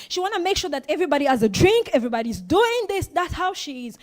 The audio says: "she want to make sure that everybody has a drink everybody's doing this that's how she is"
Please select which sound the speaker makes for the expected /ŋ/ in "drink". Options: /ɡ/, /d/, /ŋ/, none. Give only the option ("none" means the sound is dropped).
/ŋ/